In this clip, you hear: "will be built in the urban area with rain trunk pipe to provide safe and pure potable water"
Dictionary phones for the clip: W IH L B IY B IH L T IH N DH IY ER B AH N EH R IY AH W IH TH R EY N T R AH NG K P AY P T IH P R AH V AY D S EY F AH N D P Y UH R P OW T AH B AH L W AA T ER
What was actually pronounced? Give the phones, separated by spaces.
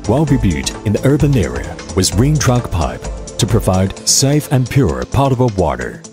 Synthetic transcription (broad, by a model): W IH L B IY B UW T IH N DH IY ER B AH N EH R IY AH W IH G R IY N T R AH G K P AY P T IH P R AH V AY D S EY F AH N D P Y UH R P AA T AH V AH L W AA T ER